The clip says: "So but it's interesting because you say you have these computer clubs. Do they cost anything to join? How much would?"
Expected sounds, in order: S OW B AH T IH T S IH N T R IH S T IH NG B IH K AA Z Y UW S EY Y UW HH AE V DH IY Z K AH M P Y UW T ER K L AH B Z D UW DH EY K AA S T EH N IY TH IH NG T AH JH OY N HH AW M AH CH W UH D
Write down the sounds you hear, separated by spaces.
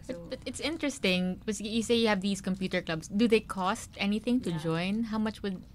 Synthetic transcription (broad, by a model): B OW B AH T IH T S IH N T R IH S T IH NG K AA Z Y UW S EY Y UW HH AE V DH IY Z K AH M P Y UW T ER K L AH B S D UW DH EY K AA S T EH N IY TH IH NG T AH JH OY N HH AW M AH CH W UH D